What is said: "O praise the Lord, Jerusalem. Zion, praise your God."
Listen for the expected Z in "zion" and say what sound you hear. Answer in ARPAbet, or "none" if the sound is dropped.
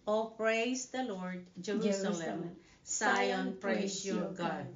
S